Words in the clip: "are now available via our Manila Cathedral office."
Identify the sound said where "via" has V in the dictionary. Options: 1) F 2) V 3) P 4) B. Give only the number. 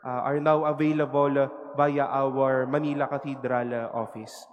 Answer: 4